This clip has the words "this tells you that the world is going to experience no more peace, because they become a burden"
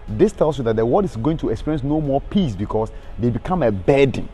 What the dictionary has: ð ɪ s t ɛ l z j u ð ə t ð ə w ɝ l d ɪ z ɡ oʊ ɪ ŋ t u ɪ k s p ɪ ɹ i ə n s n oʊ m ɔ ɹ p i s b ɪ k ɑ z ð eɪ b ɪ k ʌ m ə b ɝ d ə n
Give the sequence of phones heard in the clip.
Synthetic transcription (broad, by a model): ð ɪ s t ɛ l s j u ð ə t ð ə w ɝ d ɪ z ɡ oʊ ɪ ŋ t u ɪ k s p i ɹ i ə n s n oʊ m ɔ p i s b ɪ k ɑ s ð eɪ b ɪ k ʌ m ə b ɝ d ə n